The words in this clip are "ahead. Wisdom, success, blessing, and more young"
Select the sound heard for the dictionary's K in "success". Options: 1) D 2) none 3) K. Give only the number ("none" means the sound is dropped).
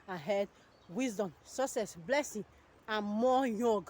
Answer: 2